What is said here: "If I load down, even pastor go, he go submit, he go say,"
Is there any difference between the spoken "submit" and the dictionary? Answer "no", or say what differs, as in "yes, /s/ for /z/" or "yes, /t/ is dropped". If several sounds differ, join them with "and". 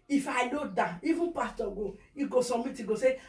yes, /b/ is dropped